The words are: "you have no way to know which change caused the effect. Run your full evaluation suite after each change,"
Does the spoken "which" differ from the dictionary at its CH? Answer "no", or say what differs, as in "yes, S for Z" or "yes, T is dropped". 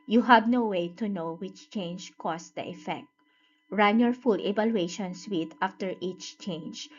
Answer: no